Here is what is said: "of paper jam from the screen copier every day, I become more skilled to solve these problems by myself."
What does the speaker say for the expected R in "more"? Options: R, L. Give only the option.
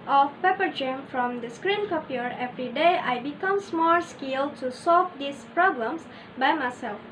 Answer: L